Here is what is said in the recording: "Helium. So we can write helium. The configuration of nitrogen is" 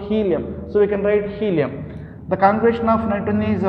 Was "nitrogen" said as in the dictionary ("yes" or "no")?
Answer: no